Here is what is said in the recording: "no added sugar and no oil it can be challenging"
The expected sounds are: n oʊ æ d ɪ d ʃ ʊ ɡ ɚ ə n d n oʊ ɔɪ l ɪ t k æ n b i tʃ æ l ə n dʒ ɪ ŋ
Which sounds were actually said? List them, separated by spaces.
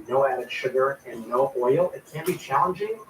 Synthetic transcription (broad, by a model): n oʊ æ d ɪ d ʃ ʊ ɡ ɚ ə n n oʊ ɔɪ l ɪ t k æ n b i tʃ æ l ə n dʒ ɪ ŋ